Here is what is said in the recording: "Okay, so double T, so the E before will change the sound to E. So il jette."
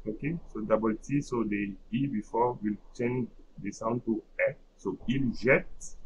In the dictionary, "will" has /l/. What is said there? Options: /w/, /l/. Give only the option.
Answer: /l/